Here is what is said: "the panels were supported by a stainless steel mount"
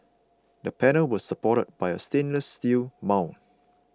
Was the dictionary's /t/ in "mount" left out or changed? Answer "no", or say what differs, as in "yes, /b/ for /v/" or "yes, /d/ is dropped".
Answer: yes, /t/ is dropped